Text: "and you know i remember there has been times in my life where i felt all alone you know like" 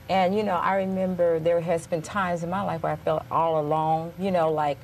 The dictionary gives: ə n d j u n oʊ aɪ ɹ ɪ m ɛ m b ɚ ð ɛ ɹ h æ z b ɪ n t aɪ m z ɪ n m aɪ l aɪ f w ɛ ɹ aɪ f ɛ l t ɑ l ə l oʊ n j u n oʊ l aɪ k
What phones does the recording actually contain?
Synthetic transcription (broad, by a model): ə n j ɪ n oʊ aɪ ɹ ɪ m ɛ m b ɚ ð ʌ ɹ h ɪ z b ɪ n t aɪ m z ɪ n m aɪ l aɪ f w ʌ ɹ aɪ f ɛ l t ɑ l ə l oʊ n j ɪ n oʊ l aɪ k